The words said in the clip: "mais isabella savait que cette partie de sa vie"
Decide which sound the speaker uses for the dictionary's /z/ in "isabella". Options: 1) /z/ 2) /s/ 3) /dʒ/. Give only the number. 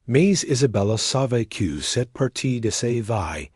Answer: 1